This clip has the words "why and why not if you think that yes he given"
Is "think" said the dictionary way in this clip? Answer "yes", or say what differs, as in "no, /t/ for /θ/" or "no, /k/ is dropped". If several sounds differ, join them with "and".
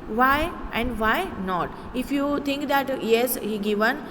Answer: no, /t/ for /θ/